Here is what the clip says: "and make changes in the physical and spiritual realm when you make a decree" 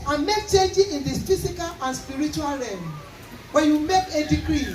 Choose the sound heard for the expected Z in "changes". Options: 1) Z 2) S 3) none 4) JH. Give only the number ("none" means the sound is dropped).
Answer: 3